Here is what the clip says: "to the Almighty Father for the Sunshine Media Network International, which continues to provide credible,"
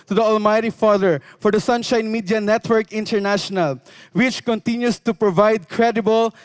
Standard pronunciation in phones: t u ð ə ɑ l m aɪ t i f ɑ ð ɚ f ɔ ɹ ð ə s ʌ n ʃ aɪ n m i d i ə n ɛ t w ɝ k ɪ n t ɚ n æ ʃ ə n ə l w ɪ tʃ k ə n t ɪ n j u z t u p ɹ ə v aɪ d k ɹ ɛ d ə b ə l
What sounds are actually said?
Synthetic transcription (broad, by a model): t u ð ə ɑ l m aɪ t i f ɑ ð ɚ f ɔ ɹ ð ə s ʌ n ʃ aɪ n m i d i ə n ɛ t w ɝ k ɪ n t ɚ n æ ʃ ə n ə l w ɪ tʃ k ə n t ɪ n j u s t u p ɹ ə v aɪ d k ɹ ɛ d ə b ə l